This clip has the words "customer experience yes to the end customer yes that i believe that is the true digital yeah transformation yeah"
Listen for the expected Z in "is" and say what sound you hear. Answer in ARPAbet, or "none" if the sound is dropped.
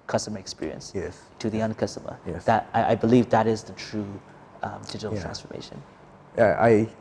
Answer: Z